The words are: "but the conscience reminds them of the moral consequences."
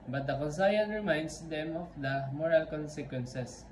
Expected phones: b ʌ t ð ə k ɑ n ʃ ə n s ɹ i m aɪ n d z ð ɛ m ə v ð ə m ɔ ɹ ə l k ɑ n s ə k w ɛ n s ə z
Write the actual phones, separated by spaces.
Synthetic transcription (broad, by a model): b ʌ t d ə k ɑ n s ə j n ɹ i m aɪ n d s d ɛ m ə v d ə m ɔ ɹ ə l k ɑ n s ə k w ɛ n s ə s